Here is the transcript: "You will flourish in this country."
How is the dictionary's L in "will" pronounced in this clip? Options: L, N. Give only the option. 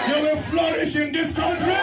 N